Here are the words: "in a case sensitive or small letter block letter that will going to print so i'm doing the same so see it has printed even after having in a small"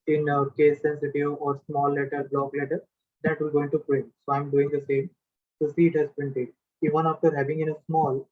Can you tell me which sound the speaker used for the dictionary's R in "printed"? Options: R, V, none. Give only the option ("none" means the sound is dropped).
none